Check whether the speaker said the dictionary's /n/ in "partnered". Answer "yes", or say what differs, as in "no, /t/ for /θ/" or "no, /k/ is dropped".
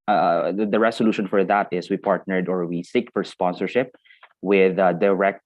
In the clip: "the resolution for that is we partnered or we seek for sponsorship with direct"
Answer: yes